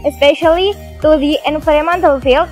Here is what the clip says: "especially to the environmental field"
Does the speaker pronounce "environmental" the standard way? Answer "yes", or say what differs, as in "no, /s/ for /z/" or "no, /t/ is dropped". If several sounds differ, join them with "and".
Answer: no, /f/ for /v/ and /n/ is dropped